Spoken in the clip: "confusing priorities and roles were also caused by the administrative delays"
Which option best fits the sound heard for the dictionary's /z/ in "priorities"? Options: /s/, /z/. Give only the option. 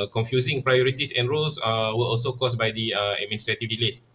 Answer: /s/